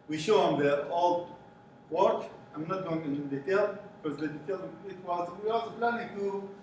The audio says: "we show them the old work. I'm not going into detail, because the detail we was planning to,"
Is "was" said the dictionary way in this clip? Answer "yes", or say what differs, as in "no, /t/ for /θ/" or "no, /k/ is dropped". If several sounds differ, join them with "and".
no, /s/ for /z/